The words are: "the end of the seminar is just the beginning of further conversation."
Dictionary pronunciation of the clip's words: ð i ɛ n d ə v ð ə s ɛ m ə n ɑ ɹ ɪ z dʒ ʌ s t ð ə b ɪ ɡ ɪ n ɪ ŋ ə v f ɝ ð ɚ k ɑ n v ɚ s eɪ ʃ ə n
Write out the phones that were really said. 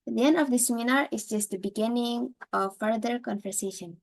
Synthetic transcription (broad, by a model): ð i ɛ n d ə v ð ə s ɛ m ə n ɑ ɹ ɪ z dʒ ʌ s t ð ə b ɪ ɡ ɪ n ɪ ŋ ə v f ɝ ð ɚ k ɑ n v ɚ s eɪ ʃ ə n